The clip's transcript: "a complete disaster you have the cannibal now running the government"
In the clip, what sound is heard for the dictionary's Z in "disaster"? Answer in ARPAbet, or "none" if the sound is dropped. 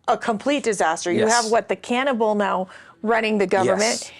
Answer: Z